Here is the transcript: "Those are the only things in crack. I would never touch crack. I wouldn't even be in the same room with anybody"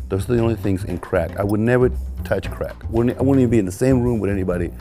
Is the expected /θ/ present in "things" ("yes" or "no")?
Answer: yes